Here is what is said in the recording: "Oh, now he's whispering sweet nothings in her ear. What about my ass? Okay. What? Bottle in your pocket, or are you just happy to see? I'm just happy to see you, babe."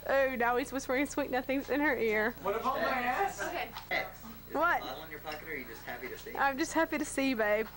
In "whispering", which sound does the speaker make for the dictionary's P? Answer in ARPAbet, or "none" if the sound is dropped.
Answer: B